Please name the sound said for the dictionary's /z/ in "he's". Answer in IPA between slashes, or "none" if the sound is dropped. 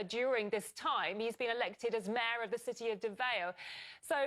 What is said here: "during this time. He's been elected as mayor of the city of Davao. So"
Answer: /z/